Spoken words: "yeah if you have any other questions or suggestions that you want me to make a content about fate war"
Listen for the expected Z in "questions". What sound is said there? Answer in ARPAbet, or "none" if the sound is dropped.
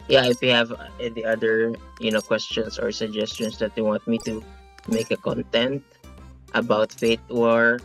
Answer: S